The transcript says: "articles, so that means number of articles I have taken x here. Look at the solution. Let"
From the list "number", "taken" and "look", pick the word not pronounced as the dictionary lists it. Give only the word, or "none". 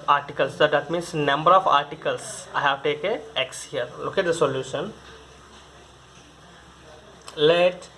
taken